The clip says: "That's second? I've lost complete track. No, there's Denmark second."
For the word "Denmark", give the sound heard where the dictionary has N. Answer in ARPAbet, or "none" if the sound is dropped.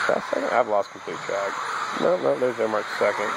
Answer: none